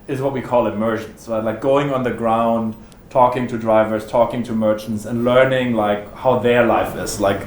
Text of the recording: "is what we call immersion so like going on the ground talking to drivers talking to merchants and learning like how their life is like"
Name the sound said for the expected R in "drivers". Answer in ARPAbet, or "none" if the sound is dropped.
R